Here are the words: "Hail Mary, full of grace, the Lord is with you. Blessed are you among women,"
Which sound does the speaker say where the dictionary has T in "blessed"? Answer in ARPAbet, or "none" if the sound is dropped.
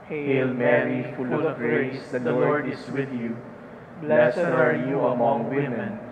none